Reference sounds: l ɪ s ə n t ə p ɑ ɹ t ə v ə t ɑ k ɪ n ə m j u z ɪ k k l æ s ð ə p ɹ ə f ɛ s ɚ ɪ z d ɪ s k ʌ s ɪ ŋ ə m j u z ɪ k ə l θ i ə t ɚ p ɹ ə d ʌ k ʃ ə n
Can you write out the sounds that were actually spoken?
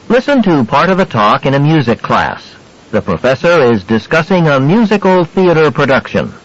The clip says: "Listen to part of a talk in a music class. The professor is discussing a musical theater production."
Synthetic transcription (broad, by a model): l ɪ s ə n t ə p ɑ ɹ t ə v ə t ɑ k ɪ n ə m j u z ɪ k k l æ s ð ə p ɹ ə f ɛ s ɚ ɪ z d ɪ s k ʌ s ɪ ŋ ə m j u z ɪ k l θ i ə t ɚ p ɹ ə d ʌ k ʃ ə n